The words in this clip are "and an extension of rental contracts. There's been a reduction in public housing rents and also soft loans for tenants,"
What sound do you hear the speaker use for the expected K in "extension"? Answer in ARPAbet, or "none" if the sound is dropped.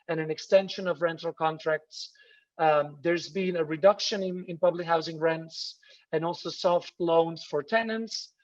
K